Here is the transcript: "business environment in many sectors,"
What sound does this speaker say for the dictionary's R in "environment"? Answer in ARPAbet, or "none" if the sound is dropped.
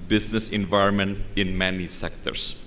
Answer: R